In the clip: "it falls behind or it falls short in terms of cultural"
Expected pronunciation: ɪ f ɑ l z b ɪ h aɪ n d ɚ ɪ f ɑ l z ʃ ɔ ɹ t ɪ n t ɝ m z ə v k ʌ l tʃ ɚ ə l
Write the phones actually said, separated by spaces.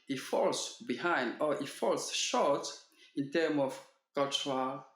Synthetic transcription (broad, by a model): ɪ f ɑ l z b ɪ h aɪ n d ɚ ɪ f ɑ l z ʃ ɔ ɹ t ɪ n t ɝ m ə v k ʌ l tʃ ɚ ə l